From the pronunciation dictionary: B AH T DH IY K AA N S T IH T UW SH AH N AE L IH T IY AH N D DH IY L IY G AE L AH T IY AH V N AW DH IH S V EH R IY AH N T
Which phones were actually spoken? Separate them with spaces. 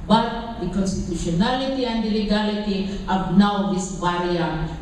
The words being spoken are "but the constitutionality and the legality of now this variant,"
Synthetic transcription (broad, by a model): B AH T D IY K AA N S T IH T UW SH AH N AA L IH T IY AH N D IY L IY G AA L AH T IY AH B N AW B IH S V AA R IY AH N